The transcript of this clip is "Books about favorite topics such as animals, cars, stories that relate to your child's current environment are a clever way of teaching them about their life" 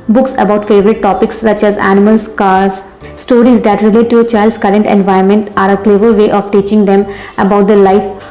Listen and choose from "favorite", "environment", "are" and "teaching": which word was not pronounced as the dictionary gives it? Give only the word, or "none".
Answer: environment